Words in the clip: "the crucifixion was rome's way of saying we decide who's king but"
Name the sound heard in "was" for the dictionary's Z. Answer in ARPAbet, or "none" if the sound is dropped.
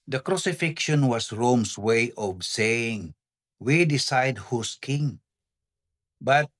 S